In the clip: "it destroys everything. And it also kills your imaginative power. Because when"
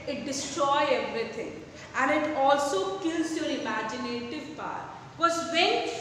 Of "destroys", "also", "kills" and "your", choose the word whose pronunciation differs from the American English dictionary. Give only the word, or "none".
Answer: destroys